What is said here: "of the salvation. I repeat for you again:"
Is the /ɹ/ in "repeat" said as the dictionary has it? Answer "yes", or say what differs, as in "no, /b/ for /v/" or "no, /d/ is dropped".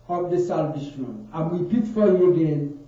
no, /w/ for /ɹ/